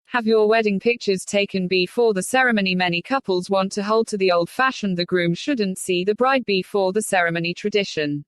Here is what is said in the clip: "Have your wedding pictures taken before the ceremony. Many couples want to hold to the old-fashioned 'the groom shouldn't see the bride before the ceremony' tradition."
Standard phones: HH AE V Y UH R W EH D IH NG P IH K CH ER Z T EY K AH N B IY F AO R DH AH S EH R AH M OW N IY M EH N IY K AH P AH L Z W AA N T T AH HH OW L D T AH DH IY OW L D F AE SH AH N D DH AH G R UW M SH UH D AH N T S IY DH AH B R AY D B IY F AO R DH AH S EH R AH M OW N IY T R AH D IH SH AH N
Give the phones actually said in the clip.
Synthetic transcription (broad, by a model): HH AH V Y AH W EH D IH NG P IH K CH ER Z T EY K AH N B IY F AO DH AH S EH R AH M OW N IY M EH N IY K AH P AH L Z W AA N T T AH HH OW L D T AH DH IY OW L D F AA SH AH N DH AH G R UW M SH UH D N T S IY DH AH B R AY D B IY F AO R DH AH S EH R AH M OW N IY T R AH D IH SH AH N